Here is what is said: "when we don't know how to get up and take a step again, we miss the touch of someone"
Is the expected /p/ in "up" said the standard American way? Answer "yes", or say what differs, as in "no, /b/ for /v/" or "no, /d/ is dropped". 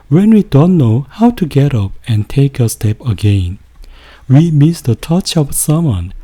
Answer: yes